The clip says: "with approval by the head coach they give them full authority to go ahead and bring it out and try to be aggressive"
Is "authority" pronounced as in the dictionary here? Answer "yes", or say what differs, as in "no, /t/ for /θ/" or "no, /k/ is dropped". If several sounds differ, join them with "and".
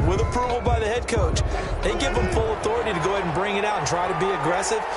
yes